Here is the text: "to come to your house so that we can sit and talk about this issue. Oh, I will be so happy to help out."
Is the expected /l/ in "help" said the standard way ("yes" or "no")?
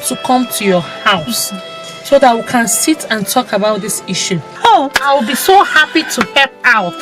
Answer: no